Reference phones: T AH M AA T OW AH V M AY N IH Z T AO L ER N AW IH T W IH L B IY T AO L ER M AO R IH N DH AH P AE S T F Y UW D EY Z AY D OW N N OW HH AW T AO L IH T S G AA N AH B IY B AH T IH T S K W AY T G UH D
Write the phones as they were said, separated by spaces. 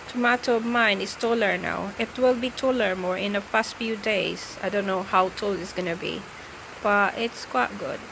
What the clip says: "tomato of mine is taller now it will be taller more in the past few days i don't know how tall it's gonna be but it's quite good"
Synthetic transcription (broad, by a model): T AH M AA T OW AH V M AY N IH S T AO L ER N AW IH T W IH L B IY T AO L ER M AO R IH N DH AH F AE S T F Y UW D EY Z AY D OW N N OW HH AW T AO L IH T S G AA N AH B IY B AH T IH T S K W AY T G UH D